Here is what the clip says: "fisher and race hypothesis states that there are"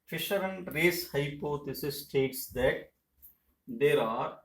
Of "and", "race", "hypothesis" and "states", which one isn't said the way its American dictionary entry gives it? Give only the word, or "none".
hypothesis